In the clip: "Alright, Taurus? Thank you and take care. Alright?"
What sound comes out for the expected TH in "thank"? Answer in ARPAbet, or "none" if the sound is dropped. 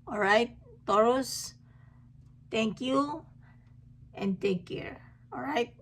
T